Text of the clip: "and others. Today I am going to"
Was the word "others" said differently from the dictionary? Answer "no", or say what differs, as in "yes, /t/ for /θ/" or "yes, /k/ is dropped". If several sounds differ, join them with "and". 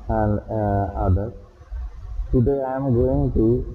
yes, /z/ is dropped